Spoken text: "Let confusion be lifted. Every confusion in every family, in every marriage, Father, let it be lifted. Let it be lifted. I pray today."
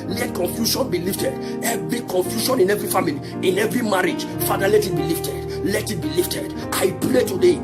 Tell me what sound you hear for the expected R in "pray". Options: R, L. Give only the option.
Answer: L